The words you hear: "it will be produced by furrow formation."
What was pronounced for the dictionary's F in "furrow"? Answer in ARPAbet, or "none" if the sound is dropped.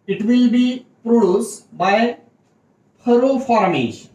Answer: P